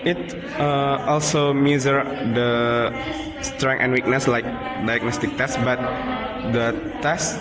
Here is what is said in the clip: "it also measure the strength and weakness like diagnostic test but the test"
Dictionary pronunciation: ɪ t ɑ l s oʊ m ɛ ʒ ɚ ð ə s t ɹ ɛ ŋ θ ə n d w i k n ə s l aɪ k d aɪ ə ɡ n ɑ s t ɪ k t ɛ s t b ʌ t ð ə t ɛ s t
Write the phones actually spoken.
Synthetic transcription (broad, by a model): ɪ t ɑ l s oʊ m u z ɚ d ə s t ɹ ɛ ŋ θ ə n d w i k n ə s l aɪ k d aɪ ə ɡ n ɑ s t ɪ k t ɛ s t b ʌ t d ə t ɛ s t